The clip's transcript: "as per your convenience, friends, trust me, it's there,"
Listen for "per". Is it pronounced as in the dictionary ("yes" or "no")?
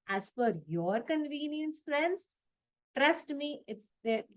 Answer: no